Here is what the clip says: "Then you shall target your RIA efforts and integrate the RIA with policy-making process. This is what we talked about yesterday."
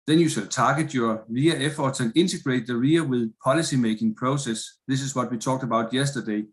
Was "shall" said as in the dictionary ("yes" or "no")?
no